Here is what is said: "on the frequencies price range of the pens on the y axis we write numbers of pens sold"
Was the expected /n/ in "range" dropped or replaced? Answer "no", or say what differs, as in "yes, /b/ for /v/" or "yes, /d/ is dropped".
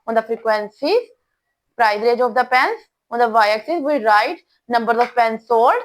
yes, /n/ is dropped